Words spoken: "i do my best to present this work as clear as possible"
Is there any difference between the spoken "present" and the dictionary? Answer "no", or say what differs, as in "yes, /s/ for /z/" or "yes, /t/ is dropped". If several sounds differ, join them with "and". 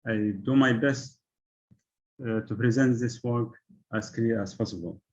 no